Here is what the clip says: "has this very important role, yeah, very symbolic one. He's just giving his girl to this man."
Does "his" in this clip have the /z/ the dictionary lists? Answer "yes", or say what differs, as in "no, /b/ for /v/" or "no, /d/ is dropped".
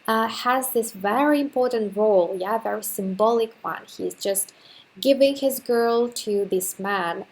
yes